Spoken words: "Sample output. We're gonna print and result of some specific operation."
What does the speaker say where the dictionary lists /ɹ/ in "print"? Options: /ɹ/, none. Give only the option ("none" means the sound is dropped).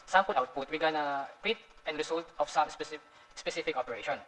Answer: none